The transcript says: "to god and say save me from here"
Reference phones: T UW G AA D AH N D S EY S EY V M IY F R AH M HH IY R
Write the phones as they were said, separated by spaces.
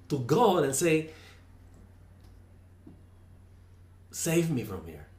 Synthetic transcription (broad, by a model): T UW G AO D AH N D S EY S EY V M IY F R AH M HH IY R